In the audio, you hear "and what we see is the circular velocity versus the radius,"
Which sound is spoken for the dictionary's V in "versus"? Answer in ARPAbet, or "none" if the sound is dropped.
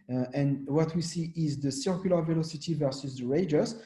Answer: V